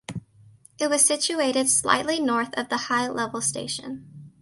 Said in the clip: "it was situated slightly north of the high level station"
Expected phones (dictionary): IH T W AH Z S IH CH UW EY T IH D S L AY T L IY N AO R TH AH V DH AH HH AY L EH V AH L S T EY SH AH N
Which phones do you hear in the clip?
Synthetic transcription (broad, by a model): IH T W AH Z S IH CH UW EY T IH D S L AY T L IY N AO R TH AH V DH AH HH AY L EH V L S T EY SH AH N